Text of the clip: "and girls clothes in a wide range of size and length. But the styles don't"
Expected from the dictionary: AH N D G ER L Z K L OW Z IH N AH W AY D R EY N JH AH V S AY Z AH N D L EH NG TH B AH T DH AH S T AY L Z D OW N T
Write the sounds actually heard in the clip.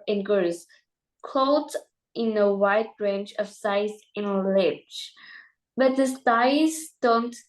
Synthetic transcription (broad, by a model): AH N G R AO Z K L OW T IH N AH W AY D R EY N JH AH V S AY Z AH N L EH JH B AH T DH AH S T AY Z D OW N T